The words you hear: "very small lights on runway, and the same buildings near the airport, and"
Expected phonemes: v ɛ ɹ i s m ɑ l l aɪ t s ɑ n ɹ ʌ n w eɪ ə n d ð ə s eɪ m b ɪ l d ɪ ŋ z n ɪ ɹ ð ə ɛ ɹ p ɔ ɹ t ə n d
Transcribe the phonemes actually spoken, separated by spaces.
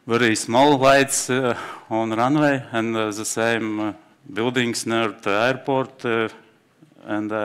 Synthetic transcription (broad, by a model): v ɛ ɹ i s m ɑ l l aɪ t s ɑ n ɹ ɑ n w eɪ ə n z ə s eɪ m b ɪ l d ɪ ŋ s n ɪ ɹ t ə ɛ ɹ p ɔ ɹ t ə n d